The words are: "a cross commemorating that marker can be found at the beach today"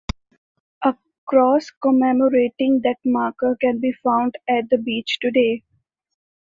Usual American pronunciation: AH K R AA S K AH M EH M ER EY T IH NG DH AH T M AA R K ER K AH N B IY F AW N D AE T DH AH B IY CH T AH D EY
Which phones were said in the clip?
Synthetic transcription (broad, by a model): AH K R AA S K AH M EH M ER EY T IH NG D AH T M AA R K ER K AH N B IY F AW N D AE T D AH B IY CH T AH D EY